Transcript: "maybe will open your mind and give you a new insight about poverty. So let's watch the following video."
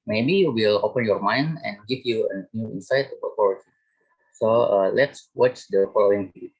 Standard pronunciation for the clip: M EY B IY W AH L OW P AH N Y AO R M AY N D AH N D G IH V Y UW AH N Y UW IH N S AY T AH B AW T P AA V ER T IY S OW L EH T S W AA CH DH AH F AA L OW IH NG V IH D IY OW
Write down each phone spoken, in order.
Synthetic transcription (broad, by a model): M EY B IY W AH L OW P AH N Y AO R M AY N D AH N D G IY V Y UW AH N Y UW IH N S AY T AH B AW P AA W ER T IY S OW L EH T S W AA CH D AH F AA L OW IH NG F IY